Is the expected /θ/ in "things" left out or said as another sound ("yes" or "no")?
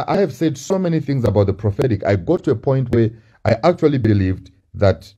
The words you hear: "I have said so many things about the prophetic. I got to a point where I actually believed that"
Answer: no